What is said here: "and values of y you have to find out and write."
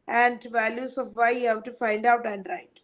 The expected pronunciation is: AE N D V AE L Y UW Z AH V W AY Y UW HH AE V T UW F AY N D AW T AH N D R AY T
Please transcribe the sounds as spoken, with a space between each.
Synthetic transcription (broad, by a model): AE N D V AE L Y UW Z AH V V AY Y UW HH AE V T UW F AY N D AW T AH N D R AY T